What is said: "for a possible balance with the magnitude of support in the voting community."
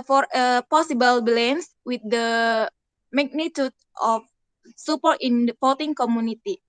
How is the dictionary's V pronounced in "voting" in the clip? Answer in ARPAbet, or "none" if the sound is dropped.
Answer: P